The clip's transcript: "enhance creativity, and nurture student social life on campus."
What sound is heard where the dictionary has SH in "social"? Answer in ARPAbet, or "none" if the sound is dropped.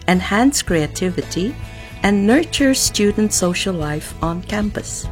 SH